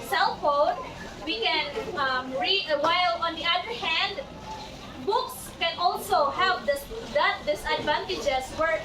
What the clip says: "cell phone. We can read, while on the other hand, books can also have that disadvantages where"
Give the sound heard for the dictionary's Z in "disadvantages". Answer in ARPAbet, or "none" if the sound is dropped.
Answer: S